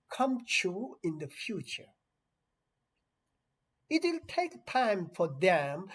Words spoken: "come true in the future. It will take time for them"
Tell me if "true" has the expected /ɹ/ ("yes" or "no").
no